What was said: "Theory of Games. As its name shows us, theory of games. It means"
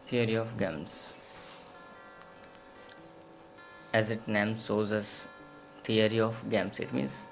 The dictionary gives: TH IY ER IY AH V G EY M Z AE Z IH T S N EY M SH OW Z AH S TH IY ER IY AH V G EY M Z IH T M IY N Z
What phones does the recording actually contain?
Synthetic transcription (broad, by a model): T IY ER IY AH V G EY M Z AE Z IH T N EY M S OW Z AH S T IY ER IY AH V G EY M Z IH T M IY N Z